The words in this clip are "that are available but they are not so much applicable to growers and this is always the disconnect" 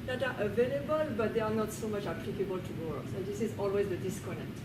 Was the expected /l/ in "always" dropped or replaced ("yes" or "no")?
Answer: no